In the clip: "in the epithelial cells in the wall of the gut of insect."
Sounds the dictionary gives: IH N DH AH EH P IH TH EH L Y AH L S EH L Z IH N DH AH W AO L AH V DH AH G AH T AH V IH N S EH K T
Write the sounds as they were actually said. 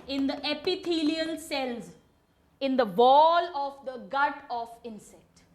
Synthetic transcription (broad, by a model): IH N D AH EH P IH T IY L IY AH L S EH L Z IH N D AH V AO L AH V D AH G AH T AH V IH N S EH K T